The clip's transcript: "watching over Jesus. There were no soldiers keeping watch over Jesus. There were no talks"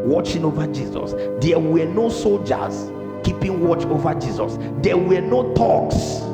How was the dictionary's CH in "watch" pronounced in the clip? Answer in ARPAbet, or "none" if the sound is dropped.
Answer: CH